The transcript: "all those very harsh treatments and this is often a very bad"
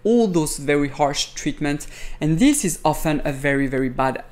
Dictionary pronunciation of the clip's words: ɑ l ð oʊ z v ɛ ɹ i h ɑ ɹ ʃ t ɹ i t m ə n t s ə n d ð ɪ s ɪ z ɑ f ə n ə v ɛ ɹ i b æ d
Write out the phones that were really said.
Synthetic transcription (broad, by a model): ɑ l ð oʊ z v ɛ ɹ i h ɑ ɹ ʃ t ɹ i t m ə n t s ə n ð ɪ s ɪ z ɑ f ə n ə v ɛ ɹ i b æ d